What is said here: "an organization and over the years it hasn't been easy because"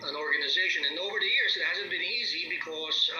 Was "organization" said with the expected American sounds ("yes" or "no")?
yes